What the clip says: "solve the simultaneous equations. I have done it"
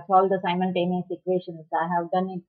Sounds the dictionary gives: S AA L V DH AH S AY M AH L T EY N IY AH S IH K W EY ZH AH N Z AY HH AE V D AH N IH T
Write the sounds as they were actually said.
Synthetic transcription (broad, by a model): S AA L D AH S AY M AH L T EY N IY S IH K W EY SH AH N S AY HH AE V D AH N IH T